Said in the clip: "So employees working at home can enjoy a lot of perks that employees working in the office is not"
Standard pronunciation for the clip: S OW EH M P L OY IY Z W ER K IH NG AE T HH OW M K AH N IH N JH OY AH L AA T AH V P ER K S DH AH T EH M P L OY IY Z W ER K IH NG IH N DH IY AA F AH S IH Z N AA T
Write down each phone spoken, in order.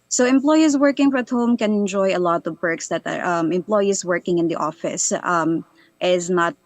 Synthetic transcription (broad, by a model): S OW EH M P L OY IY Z W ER K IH NG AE T HH OW M K AH N IH N JH OY AH L AA T AH V B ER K S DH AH T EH M P L OY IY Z W ER K IH NG IH N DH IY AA F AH S IH Z N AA T